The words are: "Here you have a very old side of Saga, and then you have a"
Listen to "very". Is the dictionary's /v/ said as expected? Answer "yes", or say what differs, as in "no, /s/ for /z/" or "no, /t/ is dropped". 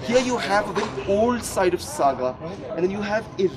no, /b/ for /v/